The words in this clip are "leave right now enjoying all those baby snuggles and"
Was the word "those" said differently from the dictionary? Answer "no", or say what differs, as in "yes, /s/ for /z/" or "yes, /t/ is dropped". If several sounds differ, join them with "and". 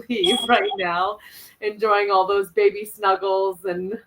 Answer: no